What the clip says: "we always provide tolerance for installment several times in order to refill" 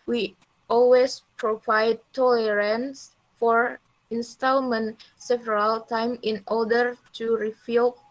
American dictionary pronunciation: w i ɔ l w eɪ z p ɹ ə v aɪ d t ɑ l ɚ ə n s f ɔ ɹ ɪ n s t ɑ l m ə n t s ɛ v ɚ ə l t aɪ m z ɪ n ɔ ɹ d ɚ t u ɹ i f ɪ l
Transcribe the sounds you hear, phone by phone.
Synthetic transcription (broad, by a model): w i ɔ l w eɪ s p ɹ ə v aɪ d t ɑ l ɚ ə n s f ɔ ɹ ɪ n s t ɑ l m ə n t s ɛ v ɚ ə l t aɪ m ɪ n ɔ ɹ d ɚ t u ɹ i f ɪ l